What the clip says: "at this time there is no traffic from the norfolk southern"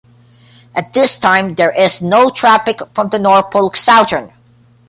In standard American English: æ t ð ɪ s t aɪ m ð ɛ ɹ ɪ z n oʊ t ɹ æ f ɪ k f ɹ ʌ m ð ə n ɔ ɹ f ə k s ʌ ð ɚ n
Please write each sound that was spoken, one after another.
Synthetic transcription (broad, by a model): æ t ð ɪ s t aɪ m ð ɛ ɹ ɪ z n oʊ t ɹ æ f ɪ k f ɹ ʌ m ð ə n ɔ ɹ p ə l s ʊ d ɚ n